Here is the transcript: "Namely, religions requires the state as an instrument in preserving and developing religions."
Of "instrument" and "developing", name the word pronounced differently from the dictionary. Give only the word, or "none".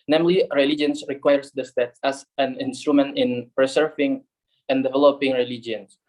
none